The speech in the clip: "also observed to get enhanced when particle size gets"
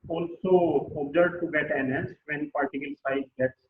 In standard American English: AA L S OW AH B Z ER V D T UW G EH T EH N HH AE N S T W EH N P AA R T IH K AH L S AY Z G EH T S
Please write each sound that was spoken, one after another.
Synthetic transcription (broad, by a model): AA L S OW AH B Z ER D T UW G EH T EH N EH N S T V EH N P AA R T IH K AH L S AY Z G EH T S